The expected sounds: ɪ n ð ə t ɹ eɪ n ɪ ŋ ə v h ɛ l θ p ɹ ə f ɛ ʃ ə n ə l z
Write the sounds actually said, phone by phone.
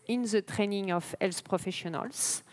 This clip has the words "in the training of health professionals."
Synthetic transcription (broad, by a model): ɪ n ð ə t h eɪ n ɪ ŋ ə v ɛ l s p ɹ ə f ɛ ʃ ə n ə l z